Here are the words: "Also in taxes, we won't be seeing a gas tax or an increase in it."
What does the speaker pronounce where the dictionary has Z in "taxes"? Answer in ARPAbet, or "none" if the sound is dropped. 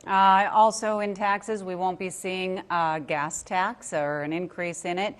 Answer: Z